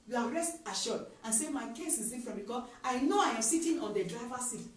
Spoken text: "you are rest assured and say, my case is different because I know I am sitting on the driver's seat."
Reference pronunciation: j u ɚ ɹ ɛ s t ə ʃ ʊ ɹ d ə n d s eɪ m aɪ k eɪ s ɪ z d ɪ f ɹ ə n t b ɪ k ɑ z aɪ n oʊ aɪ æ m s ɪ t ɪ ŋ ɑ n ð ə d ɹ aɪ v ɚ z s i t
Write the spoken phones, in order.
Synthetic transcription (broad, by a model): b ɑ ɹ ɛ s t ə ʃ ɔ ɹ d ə n s eɪ m aɪ k eɪ s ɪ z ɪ f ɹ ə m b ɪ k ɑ aɪ n oʊ aɪ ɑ m s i t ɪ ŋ ɑ n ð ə d ɹ aɪ v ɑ s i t